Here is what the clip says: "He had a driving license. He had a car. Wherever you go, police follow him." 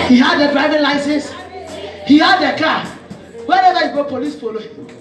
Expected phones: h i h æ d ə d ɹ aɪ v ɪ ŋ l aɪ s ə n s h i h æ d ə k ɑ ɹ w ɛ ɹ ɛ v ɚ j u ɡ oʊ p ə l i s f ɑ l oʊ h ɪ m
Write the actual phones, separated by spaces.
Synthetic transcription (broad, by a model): h i h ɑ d ə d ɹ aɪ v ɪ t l aɪ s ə s h i h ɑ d ə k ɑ w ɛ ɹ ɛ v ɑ j u ɡ oʊ p ə l i s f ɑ l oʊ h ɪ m